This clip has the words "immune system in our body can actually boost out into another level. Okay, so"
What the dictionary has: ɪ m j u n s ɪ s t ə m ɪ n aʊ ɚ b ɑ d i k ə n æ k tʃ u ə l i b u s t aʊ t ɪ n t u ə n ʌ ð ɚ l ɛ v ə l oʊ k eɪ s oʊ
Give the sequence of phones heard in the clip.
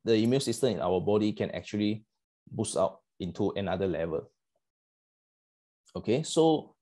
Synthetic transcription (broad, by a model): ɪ m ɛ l s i s t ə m ɪ n aʊ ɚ b ɑ d i k ə n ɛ k tʃ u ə l i b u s aʊ t ɪ n t u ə n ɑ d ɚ l ɛ v ə l oʊ k eɪ s oʊ